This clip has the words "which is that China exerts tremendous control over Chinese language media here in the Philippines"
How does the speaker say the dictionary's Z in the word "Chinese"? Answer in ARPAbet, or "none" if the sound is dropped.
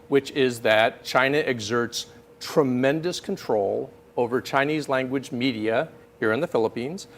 Z